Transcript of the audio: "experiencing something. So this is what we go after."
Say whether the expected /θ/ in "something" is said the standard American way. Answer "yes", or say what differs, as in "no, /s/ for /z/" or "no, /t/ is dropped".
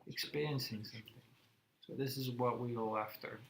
yes